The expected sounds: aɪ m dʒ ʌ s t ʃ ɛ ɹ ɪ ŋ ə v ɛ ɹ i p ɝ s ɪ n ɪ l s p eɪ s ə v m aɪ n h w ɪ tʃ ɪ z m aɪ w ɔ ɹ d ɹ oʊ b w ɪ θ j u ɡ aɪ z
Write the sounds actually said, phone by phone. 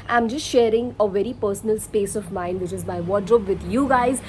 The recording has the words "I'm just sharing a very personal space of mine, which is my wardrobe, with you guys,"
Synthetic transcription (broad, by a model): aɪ m dʒ ʌ s t ʃ ɛ ɹ ɪ ŋ ə v ɛ ɹ i p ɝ s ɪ n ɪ l s p eɪ s ə v m aɪ n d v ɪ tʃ ɪ z m aɪ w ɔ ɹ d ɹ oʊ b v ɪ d j u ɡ aɪ z